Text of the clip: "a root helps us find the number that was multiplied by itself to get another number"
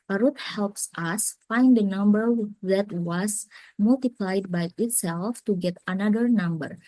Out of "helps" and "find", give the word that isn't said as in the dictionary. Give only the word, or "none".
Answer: none